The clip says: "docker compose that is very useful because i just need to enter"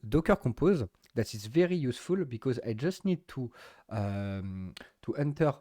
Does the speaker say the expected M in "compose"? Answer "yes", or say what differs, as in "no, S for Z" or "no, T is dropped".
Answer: no, M is dropped